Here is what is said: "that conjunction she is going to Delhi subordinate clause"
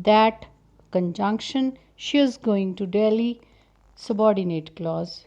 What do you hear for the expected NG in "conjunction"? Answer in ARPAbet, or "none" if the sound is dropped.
NG